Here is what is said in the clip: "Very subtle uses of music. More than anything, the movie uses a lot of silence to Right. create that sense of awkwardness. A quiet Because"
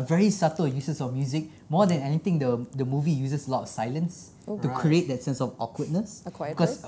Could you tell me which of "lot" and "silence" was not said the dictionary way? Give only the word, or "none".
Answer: none